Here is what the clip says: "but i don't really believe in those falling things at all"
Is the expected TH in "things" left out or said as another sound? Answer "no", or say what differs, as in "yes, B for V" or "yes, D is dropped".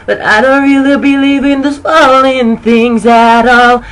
no